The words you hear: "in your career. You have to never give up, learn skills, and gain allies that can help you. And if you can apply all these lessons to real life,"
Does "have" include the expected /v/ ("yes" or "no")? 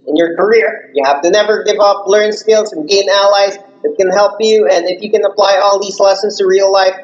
no